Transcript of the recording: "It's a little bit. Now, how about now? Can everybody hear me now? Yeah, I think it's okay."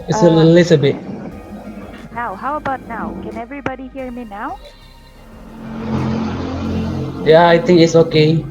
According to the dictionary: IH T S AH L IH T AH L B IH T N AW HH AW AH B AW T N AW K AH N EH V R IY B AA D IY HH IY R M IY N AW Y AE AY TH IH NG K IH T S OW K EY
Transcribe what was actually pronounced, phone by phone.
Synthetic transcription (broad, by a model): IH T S AH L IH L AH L B IH T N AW HH AW AH B AW T N AW K AH N EH V R IY B AA D IY HH IY R M IY N AW Y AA AY T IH NG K IH T S OW K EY